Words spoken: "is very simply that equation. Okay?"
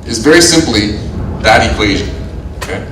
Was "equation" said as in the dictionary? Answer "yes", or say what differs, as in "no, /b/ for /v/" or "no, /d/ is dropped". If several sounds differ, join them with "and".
yes